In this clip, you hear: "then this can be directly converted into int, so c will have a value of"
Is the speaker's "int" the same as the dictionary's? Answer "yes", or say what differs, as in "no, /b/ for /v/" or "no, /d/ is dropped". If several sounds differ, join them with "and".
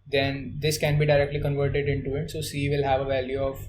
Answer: no, /n/ is dropped